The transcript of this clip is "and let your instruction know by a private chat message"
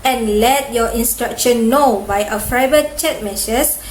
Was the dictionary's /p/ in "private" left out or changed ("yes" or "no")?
yes